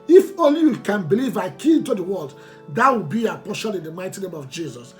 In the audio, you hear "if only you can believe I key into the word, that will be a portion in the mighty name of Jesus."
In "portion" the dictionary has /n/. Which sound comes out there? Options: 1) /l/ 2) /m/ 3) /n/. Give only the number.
1